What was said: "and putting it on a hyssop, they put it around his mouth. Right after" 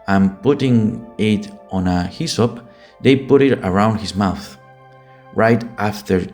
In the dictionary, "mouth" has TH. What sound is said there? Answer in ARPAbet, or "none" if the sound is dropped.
TH